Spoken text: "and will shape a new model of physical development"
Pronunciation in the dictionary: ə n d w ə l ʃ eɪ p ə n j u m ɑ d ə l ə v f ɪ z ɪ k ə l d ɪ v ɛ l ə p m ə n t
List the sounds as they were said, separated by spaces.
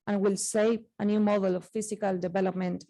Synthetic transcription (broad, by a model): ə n w ə l s eɪ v ə n j u m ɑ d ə l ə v f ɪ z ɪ k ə l d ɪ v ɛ l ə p m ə n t